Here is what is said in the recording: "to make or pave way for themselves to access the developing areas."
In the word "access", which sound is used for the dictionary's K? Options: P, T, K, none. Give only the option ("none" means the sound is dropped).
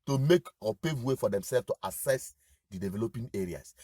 none